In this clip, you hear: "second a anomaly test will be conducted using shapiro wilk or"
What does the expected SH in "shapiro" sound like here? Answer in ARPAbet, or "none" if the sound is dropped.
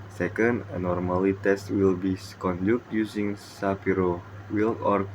S